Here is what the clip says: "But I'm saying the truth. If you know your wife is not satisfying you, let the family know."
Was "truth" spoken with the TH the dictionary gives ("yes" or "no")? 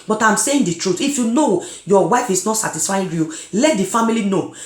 no